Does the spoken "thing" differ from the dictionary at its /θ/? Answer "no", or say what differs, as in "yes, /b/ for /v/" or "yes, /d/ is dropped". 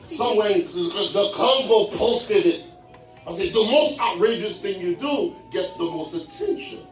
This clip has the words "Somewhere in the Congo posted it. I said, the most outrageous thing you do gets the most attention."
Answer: no